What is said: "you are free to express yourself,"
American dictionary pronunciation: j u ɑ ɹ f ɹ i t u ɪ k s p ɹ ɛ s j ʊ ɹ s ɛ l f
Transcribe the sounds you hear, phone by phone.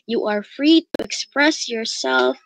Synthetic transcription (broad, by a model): j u ɑ ɹ f ɹ i t u ɪ k s p ɹ ɛ s j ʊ ɹ s ɛ l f